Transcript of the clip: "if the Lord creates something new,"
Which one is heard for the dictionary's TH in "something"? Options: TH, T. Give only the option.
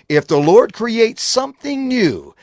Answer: TH